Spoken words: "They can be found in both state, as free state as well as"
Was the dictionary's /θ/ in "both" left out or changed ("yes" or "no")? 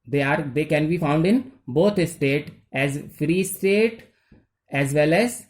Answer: yes